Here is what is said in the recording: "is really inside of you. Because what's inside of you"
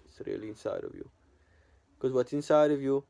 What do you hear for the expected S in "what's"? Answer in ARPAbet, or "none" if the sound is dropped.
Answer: none